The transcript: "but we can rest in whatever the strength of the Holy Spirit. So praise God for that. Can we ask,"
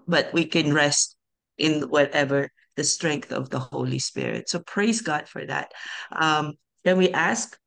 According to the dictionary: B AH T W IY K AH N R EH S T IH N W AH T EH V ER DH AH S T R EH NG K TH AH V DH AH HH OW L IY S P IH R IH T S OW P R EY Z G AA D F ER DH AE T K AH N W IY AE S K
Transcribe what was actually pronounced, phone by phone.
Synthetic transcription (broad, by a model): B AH T W IY K AH N R EH S T IH N W AH T EH V ER DH AH S T R EH NG K TH AH V DH AH HH OW L IY S P IH R IH T S OW P R EY Z G AA D F ER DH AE T K AH N W IY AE S K